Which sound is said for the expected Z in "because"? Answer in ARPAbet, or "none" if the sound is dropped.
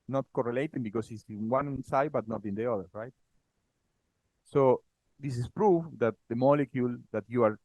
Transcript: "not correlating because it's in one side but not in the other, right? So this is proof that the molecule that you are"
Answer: S